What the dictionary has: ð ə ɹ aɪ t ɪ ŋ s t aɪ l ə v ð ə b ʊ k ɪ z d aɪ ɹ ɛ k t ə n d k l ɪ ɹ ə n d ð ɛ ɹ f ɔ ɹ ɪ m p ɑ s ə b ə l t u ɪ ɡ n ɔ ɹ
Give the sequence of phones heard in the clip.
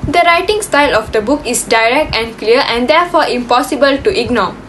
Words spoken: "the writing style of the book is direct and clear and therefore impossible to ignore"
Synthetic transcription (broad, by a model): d ə ɹ aɪ t ɪ ŋ s t aɪ l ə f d ə b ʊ k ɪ s d aɪ ɹ ɛ k t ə n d k l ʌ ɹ ə n d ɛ f ɔ ɪ m p ɑ s ə b ə l t u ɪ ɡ n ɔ